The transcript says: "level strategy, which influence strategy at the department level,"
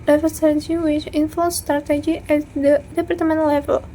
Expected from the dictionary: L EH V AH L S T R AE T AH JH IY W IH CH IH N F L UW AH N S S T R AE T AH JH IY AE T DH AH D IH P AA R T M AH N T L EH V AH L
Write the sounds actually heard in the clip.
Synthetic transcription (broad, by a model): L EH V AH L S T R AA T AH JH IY W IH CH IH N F UW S S T R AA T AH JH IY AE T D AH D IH P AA R T M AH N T L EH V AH L